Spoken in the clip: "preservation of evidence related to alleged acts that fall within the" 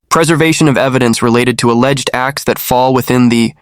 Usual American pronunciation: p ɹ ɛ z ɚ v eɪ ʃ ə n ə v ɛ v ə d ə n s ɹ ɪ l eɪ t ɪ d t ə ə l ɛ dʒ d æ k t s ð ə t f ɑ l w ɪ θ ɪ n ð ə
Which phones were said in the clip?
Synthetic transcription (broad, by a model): p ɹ ɛ z ɚ v eɪ ʃ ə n ə v ɛ v ə d ə n s ɹ ɪ l eɪ t ɪ d t ə ə l ɛ dʒ d æ k t s ð ə t f ɑ l w ɪ θ ɪ n ð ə